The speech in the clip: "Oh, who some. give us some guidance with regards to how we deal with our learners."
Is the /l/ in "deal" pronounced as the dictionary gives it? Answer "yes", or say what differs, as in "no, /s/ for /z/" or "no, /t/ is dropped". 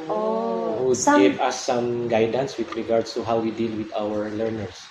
yes